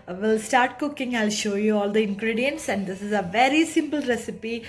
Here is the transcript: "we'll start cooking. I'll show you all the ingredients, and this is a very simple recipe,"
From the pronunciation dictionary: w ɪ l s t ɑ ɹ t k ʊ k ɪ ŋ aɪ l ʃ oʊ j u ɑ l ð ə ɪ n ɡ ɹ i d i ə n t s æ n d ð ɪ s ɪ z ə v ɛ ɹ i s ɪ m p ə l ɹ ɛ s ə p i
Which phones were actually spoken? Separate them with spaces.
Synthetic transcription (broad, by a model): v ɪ l s t ɑ ɹ t k ʊ k ɪ ŋ aɪ l ʃ oʊ j u ɑ l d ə ɪ n ɡ ɹ i d i ə n t s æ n d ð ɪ s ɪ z ə v ɛ ɹ i s ɪ m p ə l ɹ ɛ s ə p i